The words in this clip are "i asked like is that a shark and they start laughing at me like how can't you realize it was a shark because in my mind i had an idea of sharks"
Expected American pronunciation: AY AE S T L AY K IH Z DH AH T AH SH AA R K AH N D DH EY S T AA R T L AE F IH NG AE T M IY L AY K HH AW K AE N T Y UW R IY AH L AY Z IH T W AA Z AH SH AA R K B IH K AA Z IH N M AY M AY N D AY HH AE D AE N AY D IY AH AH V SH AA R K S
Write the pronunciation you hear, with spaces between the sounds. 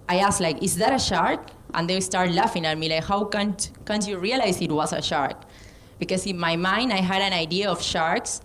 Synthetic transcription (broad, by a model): AY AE S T L AY K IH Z DH AH T AH SH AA R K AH N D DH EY S T AA R T L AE F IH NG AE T M IY L AY K HH AW K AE N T Y UW R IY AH L AY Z IH T W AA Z AH SH AA R K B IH K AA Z IH N M AY M AY N D AY HH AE D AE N AY D IY AH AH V SH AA R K S